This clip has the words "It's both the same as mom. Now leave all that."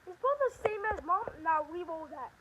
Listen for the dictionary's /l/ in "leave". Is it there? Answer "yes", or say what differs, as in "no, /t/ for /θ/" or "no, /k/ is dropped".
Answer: no, /w/ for /l/